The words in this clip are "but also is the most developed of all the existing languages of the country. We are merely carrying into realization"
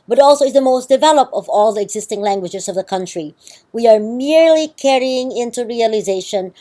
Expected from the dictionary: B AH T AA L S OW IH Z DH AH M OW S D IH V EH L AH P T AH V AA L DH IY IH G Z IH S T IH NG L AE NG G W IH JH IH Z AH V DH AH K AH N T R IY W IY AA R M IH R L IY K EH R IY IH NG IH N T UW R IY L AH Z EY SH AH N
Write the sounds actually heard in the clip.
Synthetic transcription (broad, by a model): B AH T AA L S OW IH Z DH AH M OW S D IH V EH L AH P T AH V AA L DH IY IH G Z IH S T IH NG L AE NG G W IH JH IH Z AH V DH AH K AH N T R IY W IY AA R M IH R L IY K EH R IY IH NG IH N T UW R IY L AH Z EY SH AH N